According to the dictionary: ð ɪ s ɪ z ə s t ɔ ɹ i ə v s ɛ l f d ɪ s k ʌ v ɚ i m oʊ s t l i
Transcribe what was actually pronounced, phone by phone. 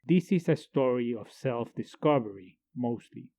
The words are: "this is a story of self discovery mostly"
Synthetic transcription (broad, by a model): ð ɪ s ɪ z ə s t ɔ ɹ i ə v s ɛ l f d ɪ s k ʌ v ɚ i m oʊ s t l i